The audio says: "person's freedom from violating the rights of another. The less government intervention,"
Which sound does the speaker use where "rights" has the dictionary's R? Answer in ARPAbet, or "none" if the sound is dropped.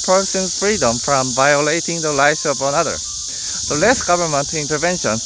L